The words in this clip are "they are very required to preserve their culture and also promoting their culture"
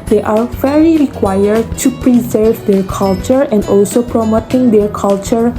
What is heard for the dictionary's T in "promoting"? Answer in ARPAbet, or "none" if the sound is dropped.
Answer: T